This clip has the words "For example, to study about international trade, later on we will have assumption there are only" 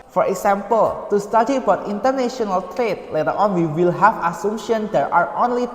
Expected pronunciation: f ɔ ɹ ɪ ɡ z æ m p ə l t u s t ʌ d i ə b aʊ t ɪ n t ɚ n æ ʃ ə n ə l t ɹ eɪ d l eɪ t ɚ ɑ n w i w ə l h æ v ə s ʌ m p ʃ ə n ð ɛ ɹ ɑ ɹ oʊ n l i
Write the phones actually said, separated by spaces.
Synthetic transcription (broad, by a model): f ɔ ɹ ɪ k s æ m p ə l t u s t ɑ d i ə b aʊ t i n t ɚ n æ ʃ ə n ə l t ɹ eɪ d l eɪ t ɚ ɑ n w i w ə l h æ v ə s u m ʃ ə n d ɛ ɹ ɑ ɹ oʊ n l i